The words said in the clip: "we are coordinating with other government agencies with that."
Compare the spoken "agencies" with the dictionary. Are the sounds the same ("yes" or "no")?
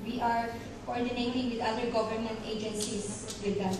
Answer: no